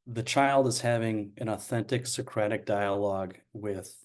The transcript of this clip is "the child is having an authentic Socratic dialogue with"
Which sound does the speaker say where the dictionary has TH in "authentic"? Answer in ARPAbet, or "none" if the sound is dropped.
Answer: TH